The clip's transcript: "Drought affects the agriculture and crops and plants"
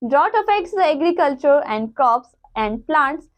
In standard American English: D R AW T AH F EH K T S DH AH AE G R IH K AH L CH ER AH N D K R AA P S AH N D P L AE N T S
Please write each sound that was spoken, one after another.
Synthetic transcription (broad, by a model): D R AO T AH F EH K T S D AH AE G R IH K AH L CH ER AH N D K AA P S AH N D P L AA N T S